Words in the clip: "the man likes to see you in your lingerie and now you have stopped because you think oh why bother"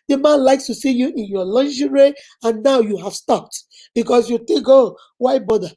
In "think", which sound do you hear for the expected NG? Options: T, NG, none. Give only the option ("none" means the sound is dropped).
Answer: none